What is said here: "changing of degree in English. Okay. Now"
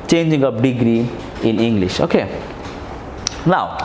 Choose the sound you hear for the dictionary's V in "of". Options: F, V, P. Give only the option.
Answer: P